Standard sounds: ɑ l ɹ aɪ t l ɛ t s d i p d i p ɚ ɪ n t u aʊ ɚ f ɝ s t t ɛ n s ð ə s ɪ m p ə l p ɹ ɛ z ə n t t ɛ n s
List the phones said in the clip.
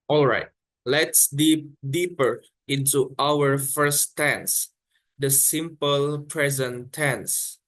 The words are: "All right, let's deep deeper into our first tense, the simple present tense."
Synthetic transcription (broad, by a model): ɑ l ɹ aɪ t l ɛ t s d i p d i p ɚ ɪ n t u aʊ ɚ f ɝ s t t ɛ n s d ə s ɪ m p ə l p ɹ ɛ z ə n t t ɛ n s